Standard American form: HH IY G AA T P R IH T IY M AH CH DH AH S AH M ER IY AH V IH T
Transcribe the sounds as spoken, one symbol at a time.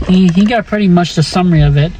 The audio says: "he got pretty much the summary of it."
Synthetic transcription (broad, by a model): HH IY G AA T P R IH T IY M AH CH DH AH S AH M ER IY AH V IH T